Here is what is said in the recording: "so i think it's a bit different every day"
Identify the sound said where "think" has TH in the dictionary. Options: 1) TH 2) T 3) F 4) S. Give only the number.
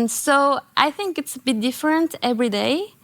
1